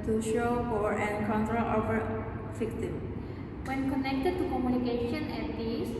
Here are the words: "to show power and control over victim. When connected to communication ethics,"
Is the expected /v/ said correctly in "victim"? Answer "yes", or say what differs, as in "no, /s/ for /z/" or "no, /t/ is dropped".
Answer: no, /f/ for /v/